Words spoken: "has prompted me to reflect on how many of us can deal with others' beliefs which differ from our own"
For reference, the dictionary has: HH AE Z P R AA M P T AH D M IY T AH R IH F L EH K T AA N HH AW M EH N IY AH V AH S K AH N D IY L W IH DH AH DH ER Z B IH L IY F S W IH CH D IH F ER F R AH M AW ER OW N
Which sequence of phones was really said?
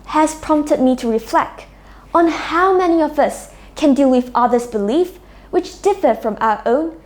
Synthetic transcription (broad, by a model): HH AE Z P R AA M P T AH D M IY T AH R IH F L EH K T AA N HH AW M EH N IY AH V AH S K AH N D IY L W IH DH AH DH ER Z B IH L IY F W IH CH D IH F ER F R AH M AW ER OW N